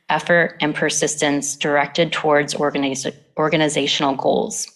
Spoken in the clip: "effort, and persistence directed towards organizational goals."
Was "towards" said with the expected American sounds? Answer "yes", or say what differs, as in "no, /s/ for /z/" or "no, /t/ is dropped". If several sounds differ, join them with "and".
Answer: yes